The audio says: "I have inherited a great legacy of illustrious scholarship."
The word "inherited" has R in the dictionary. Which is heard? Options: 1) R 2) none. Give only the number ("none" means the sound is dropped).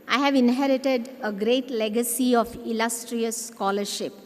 1